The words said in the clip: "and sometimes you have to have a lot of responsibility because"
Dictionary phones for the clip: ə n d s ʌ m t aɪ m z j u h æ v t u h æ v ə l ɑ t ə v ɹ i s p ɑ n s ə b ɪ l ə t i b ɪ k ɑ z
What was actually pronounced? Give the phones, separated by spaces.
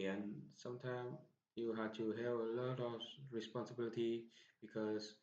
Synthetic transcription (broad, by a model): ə n s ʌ m t aɪ m j u h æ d t u h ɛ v ə l ɑ t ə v ɹ i s p ɑ n s ə b ɪ l ə t i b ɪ k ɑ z